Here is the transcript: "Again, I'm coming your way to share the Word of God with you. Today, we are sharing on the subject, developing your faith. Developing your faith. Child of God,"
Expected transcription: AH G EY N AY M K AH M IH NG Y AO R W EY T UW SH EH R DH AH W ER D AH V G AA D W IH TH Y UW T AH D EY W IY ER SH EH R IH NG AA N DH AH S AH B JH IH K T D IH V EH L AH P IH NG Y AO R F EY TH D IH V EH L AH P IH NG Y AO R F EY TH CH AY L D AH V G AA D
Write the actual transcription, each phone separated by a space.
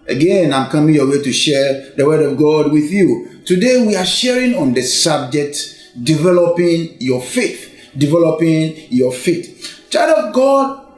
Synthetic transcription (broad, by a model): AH G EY N AY M K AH M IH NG Y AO W EY T UW SH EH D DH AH W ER D AH V G AA D W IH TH Y UW T AH D EY W IY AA SH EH R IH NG AA N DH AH S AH B JH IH K T D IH V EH L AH P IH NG Y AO F EY TH D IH V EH L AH P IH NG Y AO F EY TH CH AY D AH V G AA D